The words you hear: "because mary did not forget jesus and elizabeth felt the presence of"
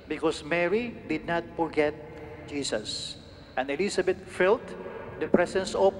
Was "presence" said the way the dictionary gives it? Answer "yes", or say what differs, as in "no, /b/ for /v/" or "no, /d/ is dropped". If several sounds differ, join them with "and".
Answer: no, /s/ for /z/